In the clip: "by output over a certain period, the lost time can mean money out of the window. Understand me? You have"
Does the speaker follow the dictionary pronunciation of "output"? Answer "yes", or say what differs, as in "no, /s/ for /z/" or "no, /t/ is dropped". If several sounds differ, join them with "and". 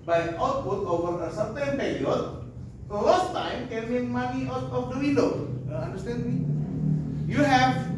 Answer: no, /b/ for /p/